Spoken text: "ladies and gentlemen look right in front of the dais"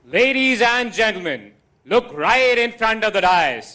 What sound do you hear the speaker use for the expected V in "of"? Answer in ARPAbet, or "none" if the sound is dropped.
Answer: V